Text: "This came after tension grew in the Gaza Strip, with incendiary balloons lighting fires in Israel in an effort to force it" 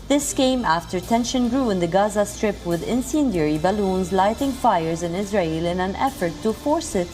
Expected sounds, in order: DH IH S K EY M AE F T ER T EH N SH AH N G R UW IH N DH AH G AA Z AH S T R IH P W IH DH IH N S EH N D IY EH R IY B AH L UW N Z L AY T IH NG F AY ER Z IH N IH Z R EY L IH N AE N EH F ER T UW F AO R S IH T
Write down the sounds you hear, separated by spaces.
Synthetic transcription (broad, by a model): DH IH S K EY M AE F T ER T EH N SH AH N G R UW IH N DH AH G AA Z AH S T R IH P W IH DH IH N S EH N D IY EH R IY B AH L UW N Z L AY T IH NG F AY ER Z IH N IH Z R EY L IH N AE N EH F ER T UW F AO R S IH T